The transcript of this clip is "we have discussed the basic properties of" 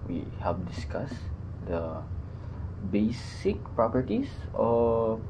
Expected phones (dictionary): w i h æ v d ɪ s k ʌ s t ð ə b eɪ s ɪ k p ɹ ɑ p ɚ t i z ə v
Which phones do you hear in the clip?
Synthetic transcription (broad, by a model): w i h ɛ p d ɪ s k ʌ s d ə b eɪ s ɪ k p ɹ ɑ p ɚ t i s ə